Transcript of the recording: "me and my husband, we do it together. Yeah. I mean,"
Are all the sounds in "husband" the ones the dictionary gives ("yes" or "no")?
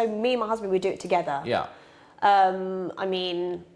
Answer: yes